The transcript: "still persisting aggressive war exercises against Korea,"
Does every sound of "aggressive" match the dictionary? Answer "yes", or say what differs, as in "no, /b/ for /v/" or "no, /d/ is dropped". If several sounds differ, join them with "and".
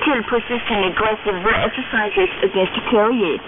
no, /l/ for /ɹ/